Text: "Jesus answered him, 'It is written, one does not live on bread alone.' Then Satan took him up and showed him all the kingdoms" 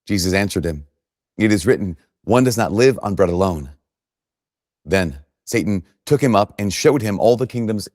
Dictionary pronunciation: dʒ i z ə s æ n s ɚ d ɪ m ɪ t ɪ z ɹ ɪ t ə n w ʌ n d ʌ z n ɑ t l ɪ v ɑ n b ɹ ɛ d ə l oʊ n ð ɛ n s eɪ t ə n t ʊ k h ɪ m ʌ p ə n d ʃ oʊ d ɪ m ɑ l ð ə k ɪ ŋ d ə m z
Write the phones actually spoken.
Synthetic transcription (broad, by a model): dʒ i z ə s æ n s ɚ d ɪ m ɪ t ɪ z ɹ ɪ t n w ʌ n d ʌ z n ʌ t l ɪ v n b ɹ ɛ d ə l oʊ n ð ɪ n s eɪ t n t ʊ k h ɪ m ʌ p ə n ʃ oʊ d ɪ m ɑ l ð ə k ɪ ŋ d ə m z